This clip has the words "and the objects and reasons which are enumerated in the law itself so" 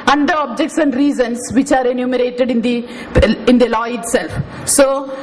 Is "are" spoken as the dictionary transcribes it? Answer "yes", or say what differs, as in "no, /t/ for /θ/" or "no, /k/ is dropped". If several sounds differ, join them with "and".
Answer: yes